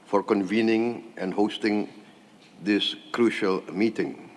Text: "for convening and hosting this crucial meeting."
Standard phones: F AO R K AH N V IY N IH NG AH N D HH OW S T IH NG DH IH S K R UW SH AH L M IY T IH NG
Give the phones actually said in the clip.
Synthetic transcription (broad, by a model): F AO R K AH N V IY N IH NG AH N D HH OW S T IH NG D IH S K R UW SH AH L M IY T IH NG